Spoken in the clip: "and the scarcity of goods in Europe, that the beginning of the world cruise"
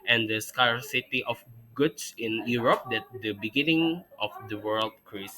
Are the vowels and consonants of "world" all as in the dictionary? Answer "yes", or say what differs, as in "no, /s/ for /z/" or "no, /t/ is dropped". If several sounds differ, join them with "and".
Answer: yes